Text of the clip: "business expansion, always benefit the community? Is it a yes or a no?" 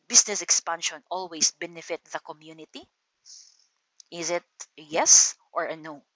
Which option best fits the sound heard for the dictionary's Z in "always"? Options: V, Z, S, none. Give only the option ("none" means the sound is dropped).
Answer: S